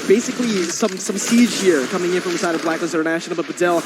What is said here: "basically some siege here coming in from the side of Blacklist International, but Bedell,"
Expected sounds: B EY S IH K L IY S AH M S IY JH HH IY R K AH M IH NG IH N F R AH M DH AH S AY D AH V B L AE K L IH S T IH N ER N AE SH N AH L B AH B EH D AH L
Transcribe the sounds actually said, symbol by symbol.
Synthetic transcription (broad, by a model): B EY S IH K L IY S AH M S IY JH HH IY R K AH M IH NG IH N F R AH M DH AH S AY D AH V B L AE K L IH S IH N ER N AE SH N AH L B AH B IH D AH L